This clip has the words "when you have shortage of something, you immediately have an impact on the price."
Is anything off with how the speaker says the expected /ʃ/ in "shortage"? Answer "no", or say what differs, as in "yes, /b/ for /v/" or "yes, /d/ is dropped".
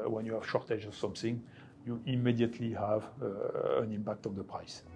no